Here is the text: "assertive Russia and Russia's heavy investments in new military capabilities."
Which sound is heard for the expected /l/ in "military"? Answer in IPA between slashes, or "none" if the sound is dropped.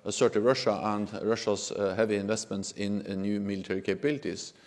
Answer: /l/